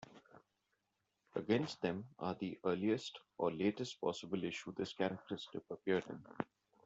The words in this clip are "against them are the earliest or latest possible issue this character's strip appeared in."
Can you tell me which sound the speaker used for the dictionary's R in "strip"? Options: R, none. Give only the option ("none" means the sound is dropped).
none